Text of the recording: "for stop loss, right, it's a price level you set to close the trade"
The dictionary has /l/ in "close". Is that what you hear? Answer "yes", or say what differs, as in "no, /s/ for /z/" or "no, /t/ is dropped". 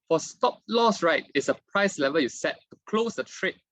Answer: yes